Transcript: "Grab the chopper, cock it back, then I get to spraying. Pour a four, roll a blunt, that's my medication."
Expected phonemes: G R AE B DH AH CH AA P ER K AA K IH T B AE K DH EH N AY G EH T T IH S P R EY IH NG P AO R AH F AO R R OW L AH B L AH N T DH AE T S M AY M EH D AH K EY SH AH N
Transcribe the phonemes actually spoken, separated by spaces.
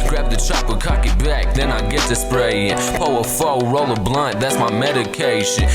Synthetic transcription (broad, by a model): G R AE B DH AH CH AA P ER K AA K IH T B AE K DH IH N AY G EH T T IH S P R EY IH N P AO AH F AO L R OW L AH B L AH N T DH AE T S M AY M EH D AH K EY SH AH N